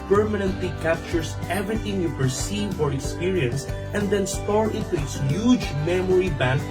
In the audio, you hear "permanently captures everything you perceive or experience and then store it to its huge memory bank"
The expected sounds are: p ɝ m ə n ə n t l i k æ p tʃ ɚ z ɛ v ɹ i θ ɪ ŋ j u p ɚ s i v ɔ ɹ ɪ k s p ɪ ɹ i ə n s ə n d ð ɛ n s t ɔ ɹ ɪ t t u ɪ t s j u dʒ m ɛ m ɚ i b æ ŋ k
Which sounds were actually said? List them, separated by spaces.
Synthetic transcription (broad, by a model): p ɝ m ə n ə n t l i k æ p tʃ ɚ s ɛ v ɹ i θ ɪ ŋ j u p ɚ s i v ɔ ɹ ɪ k s p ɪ ɹ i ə n s ə n d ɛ n s t ɔ ɹ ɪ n t u ɪ t s j u dʒ m ɛ m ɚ i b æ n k